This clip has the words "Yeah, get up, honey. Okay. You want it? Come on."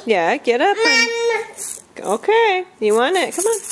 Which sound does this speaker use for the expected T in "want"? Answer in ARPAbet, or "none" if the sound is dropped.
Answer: none